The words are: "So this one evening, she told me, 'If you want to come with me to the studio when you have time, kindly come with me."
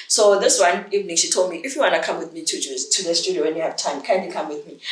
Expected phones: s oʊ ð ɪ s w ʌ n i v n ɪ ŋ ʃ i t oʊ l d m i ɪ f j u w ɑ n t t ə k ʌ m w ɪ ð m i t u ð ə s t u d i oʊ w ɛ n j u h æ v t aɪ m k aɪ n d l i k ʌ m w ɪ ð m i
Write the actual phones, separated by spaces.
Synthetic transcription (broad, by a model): s oʊ ð ɪ s w ʌ n i v n ɪ ŋ ʃ i t oʊ l d m i ɪ f j u w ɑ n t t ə k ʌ m w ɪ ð m i t u ð ə s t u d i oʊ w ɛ n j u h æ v t aɪ m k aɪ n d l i k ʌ m w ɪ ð m i